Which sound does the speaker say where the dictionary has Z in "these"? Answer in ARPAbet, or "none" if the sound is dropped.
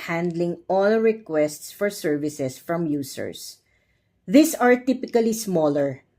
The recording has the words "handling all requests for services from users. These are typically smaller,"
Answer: S